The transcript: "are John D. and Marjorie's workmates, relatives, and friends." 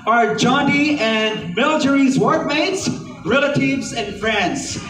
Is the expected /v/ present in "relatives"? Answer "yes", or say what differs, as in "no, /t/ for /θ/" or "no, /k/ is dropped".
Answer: yes